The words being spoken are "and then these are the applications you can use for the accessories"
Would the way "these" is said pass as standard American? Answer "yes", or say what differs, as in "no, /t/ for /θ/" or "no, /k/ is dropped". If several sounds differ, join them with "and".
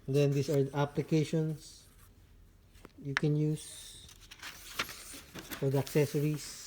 no, /s/ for /z/